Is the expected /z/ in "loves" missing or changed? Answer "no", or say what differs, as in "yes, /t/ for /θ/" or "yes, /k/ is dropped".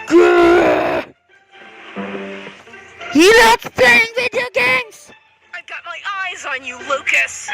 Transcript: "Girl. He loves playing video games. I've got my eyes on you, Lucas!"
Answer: yes, /z/ is dropped